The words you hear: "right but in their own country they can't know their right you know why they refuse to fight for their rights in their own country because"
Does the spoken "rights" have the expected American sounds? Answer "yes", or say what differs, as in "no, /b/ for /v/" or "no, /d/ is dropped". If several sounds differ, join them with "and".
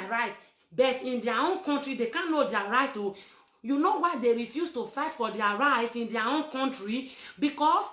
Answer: no, /s/ is dropped